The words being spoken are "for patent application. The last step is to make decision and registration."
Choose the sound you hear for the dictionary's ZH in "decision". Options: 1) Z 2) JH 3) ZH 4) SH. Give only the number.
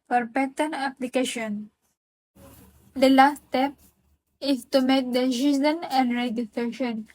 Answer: 1